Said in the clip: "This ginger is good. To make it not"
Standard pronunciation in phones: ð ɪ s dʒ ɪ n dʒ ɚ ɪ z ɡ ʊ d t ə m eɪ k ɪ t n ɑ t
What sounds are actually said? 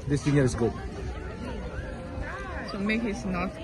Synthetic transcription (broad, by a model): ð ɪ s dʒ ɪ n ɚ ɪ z ɡ ʊ d s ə m eɪ k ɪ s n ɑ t